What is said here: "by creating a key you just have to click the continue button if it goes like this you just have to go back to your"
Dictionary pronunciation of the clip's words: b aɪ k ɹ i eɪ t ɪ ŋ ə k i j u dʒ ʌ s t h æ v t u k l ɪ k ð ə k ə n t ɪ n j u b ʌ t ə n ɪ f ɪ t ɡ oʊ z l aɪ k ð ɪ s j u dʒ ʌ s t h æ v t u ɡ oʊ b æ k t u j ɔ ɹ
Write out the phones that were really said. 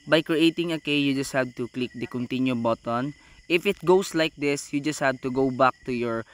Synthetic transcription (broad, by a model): b aɪ k ɹ i eɪ t ɪ ŋ ə k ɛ j u dʒ ʌ s t h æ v t u k l ɪ k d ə k ə n t ɪ n j u b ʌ t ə n ɪ f ɪ t ɡ oʊ s l aɪ k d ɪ s j u dʒ ʌ s t h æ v t u ɡ oʊ b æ k t u j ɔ ɹ